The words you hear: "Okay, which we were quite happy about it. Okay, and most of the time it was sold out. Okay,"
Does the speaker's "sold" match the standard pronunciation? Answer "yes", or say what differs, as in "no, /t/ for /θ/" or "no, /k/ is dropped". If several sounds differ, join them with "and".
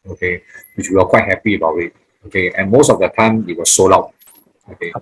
no, /d/ is dropped